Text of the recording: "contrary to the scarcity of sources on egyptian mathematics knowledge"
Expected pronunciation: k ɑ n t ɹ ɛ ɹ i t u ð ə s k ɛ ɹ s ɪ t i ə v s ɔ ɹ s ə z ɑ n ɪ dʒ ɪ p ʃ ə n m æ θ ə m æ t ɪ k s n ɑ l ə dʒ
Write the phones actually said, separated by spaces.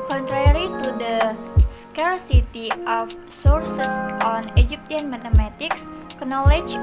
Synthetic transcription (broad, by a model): k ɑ n t ɹ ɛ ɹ i t u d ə s k ɛ ɹ s ɪ t i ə f s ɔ ɹ s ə s ɑ n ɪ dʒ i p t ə n m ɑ t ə m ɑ t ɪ k s n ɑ l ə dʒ